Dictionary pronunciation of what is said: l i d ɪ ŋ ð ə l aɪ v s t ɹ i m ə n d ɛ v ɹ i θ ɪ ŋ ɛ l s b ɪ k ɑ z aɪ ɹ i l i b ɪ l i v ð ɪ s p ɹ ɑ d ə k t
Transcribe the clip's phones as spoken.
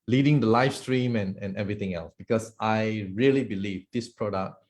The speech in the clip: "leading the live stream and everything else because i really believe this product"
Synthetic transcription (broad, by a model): l i d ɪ ŋ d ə l aɪ f s t ɹ i m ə n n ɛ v ɹ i t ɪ ŋ ɛ l s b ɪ k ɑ s aɪ ɹ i l i b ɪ l i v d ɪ s p ɹ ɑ d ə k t